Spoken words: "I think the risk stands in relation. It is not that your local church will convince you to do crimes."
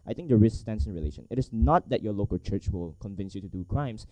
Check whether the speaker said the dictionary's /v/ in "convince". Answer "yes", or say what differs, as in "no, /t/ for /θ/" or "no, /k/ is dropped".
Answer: yes